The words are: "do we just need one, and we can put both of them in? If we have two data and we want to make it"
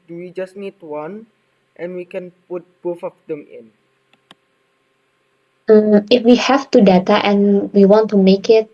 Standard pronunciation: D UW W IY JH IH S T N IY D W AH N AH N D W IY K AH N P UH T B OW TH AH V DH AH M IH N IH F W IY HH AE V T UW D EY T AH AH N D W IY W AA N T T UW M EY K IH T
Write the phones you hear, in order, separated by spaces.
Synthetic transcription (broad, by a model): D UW W IY JH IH S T N IY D W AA N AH N W IY K AH N P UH T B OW F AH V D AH M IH N IH F W IY HH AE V T UW D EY T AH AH N W IY W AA N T T UW M EY K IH T